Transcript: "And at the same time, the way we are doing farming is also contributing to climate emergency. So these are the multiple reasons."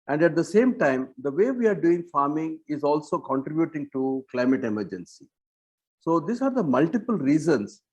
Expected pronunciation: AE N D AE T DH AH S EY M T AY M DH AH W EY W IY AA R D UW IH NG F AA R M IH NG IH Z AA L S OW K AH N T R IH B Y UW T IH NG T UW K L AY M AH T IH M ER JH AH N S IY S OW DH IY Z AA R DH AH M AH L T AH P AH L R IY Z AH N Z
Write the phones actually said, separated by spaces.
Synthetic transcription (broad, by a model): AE N D AE T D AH S EY M T AY M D AH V EY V IY AA R D UW IH NG F AA R M IH NG IH Z AA L S OW K AH N T R IH B Y UW T IH NG T UW K L AY M AH T IH M ER JH AH N S IY S OW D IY S AA R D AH M AH L T AH P AH L R IY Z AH N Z